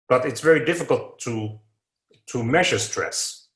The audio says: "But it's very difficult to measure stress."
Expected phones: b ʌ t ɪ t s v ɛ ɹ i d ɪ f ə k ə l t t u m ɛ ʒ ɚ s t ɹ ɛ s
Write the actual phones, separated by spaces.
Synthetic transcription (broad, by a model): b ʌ t ɪ t s v ɛ ɹ i d ɪ f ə k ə l t t u m ɛ ʒ ɚ s t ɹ ɛ s